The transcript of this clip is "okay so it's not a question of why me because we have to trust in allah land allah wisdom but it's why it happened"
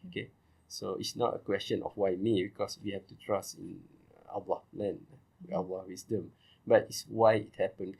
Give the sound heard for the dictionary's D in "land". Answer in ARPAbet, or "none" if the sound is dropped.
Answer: none